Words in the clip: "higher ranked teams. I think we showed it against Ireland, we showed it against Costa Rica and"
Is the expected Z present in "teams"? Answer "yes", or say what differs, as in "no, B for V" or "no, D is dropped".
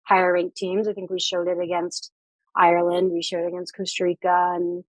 yes